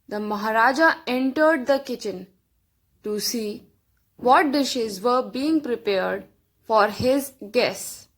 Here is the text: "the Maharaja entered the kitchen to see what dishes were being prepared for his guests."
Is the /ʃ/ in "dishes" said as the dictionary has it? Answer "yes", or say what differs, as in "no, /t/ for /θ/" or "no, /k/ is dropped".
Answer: yes